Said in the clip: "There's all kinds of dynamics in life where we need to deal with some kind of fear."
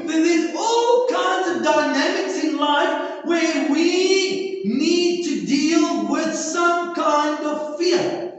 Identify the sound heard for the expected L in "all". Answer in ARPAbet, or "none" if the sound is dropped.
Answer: L